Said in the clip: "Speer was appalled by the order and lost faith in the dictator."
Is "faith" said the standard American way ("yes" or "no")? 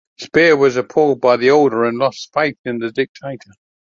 yes